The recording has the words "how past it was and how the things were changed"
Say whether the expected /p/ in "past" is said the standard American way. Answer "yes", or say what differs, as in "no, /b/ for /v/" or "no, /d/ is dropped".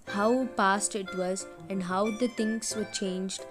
yes